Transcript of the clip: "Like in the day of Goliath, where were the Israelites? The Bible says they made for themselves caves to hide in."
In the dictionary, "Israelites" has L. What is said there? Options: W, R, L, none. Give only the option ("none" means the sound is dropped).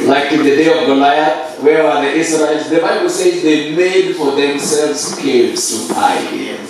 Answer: none